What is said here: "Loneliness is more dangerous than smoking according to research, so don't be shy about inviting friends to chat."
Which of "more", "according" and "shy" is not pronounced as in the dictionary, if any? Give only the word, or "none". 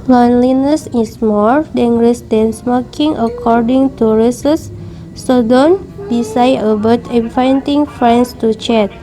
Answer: shy